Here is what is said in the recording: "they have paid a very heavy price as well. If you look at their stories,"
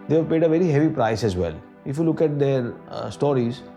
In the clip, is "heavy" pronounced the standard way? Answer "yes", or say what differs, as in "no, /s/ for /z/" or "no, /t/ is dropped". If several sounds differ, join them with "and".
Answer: yes